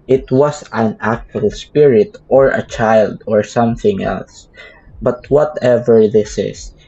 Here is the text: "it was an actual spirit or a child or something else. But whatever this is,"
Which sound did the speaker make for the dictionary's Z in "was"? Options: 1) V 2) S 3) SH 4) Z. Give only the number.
2